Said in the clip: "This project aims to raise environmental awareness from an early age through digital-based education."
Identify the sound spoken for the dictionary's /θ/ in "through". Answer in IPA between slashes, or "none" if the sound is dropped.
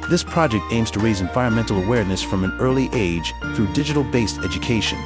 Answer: /θ/